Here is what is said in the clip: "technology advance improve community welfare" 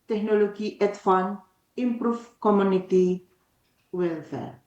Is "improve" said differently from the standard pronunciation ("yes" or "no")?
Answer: yes